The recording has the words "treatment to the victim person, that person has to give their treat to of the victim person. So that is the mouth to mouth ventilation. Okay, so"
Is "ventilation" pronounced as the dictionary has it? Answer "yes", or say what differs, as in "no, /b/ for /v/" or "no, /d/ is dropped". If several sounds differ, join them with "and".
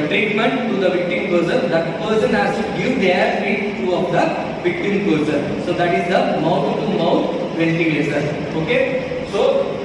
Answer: no, /s/ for /ʃ/